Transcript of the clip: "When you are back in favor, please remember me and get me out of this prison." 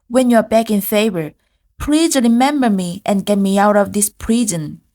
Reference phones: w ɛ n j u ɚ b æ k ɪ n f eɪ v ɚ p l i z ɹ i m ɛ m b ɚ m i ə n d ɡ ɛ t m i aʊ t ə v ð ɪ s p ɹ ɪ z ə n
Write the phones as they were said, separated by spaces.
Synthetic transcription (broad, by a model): w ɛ n j u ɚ b æ k ɪ n f eɪ v ɚ p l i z ɹ i m ɛ m b ɚ m i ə n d ɡ ɛ t m i aʊ t ə v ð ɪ s p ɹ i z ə n